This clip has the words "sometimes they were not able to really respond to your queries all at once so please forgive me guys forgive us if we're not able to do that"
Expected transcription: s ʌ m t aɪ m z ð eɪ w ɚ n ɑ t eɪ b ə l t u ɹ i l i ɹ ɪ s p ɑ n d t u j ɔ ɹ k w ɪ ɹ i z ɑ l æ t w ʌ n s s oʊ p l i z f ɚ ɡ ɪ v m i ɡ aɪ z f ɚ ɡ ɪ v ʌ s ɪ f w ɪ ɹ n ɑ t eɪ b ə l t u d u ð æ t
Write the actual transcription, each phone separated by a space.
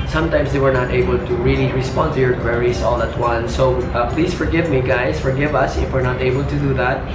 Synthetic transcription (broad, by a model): s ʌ m t aɪ m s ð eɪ w ɚ n ɑ t eɪ b ə l t u ɹ i l i ɹ ɪ s p ɑ n d t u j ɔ ɹ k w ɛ ɹ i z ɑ l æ t w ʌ n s s oʊ p l i s f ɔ ɡ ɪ v m i ɡ aɪ s f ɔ ɡ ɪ v ʌ s ɪ f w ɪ ɹ n ɑ t eɪ b ə l t u d u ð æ t